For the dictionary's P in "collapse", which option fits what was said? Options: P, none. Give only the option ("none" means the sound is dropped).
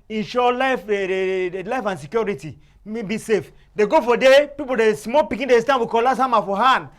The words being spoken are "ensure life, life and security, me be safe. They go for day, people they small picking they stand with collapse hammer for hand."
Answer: none